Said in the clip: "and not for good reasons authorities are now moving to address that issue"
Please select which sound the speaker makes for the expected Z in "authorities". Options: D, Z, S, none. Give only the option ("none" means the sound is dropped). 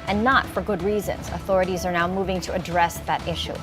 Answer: Z